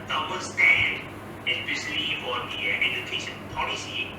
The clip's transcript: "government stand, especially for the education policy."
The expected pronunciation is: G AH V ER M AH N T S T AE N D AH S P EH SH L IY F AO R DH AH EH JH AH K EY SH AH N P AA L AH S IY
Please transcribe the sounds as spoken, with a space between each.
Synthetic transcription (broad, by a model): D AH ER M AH S T AE N D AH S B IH S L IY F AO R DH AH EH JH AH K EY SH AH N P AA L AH S IY